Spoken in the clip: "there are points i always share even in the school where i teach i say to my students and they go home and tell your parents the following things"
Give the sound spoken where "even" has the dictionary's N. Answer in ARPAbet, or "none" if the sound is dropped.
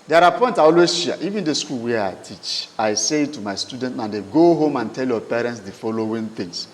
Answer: N